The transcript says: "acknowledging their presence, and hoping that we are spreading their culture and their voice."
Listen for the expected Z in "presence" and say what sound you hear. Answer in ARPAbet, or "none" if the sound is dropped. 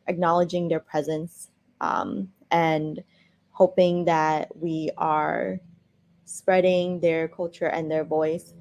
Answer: Z